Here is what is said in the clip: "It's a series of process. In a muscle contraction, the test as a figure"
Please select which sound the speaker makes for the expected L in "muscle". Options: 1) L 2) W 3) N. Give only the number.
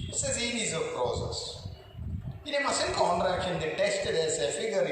3